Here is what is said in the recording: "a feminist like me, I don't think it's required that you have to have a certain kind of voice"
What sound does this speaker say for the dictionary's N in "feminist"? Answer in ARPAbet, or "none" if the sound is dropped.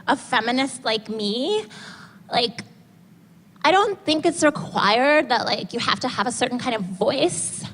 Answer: N